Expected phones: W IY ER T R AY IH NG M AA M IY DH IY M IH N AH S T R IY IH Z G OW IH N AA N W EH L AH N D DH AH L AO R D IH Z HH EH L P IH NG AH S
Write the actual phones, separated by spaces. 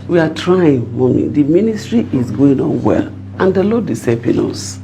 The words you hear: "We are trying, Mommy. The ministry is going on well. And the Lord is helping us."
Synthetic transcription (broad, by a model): W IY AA T R AY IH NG M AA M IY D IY M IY N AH S T R IY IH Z G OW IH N AA N W EH L AH N D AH L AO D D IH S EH P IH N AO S